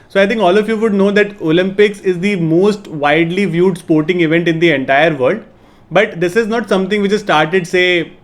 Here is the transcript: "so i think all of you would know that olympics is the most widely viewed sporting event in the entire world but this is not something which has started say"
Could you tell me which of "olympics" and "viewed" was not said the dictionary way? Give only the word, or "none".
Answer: none